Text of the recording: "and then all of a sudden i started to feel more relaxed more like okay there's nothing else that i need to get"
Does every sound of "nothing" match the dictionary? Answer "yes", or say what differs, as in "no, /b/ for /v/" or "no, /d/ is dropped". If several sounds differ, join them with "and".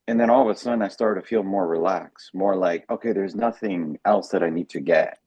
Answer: yes